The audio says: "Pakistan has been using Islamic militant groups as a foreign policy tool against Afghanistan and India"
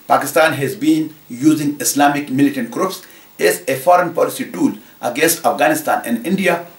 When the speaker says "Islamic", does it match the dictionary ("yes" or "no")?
no